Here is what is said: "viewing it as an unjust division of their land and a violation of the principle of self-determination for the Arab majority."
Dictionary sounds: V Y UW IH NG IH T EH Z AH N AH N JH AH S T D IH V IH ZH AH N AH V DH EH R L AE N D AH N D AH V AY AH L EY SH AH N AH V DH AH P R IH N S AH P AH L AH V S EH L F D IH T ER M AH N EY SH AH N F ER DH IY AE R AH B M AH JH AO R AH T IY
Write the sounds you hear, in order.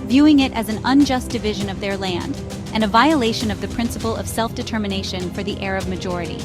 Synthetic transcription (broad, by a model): V Y UW IH NG IH T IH Z N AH N JH AH S D IH V IH ZH AH N AH V DH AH R L AE N D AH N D AH V AY AH L EY SH AH N AH V DH AH P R IH N S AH P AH L AH V S EH L F D IH T ER M AH N EY SH AH N F ER DH IY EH R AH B M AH JH AO R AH T IY